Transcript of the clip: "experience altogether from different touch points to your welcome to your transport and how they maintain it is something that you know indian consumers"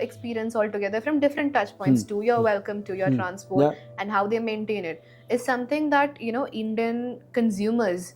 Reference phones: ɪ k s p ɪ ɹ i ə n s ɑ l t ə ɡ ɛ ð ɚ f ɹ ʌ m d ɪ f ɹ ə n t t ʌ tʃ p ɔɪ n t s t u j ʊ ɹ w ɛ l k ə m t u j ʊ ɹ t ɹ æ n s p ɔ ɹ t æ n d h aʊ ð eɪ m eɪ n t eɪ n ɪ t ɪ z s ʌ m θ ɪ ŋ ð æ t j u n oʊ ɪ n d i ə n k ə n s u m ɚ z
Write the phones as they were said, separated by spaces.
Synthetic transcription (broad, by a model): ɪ k s p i ɹ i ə n s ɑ l t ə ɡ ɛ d ɚ f ɹ ʌ m d ɪ f ɹ ə n t t ʌ tʃ p ɔɪ n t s t u j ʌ ɹ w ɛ l k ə m t u j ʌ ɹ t ɹ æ n s p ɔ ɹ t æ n d h aʊ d eɪ m eɪ n t eɪ n ɪ t ɪ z s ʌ m t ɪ ŋ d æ t j u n oʊ ɪ n d i ə n k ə n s u m ɚ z